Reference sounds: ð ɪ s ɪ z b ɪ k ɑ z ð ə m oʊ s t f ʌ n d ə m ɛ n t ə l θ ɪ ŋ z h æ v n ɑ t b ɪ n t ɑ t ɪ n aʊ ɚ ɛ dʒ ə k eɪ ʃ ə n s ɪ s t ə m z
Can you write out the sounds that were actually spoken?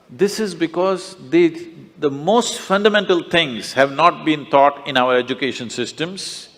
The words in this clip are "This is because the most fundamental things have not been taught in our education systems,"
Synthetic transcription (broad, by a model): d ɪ s ɪ z b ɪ k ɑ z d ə m oʊ s t f ʌ n d ə m ɛ n t ə l t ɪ ŋ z h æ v n ɑ t b ɪ n t ɑ t ɪ n aʊ ɚ ɛ dʒ ə k eɪ ʃ ə n s ɪ s t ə m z